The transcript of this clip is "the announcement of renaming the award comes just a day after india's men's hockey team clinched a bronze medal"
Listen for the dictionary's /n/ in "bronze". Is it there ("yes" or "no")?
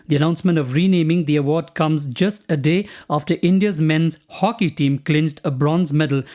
yes